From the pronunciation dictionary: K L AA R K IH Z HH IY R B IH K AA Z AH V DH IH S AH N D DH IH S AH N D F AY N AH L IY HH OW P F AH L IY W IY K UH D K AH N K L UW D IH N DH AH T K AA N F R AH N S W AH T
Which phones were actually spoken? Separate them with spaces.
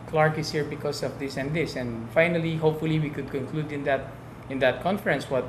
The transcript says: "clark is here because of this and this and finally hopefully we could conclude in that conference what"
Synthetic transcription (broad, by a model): K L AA R K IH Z HH IY R B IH K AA S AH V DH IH S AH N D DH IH S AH N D F AY N AH L IY HH OW P F AH L IY W IY K UH D K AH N K L UW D IH N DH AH T K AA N F R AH N S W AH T